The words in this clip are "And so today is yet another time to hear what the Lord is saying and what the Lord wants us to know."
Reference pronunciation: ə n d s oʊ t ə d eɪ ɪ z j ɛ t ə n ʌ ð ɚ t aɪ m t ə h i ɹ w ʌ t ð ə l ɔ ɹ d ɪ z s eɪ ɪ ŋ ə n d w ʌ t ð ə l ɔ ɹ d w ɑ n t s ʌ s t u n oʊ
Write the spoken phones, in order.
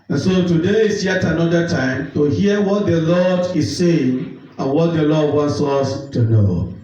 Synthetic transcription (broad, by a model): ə n s oʊ t ə d eɪ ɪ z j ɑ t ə n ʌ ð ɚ t aɪ m t ə h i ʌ w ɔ t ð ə l ɔ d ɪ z s eɪ ɪ ŋ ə n w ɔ t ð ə l ɔ d w ɑ n t s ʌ s t u n oʊ